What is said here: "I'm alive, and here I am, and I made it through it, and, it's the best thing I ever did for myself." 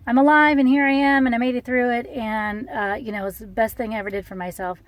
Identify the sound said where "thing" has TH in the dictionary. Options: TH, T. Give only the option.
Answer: TH